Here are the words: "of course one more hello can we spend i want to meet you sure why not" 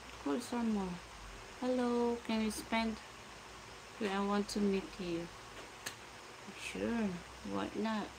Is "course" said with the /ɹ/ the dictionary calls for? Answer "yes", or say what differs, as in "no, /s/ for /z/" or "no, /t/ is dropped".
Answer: no, /l/ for /ɹ/